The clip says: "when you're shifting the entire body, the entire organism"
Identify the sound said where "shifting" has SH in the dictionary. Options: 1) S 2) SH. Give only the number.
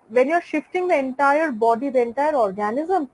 2